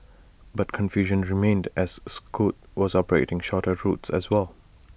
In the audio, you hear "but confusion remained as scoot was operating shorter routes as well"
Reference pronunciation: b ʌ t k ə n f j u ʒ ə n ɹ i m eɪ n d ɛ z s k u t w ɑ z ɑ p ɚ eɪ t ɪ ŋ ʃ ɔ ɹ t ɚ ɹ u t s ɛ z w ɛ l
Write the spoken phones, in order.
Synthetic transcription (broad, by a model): b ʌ t k ə n f j u ʒ ə n ɹ i m eɪ n d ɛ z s k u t w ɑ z ɑ p ɚ eɪ t ɪ ŋ ʃ ɔ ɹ t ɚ ɹ u t s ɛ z w ɛ l